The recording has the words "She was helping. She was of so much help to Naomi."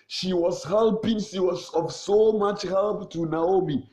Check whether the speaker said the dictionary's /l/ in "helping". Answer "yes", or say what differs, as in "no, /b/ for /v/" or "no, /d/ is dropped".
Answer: yes